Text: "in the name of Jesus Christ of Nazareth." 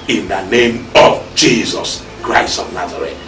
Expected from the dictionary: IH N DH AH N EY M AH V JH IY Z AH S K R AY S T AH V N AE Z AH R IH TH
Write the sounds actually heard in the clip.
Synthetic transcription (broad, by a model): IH N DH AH N EY M AH V JH IY Z AH S K R AY S T AH V N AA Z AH R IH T